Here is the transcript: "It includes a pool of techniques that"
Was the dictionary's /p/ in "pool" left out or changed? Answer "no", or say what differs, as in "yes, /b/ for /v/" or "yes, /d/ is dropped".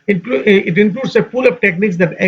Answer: yes, /f/ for /p/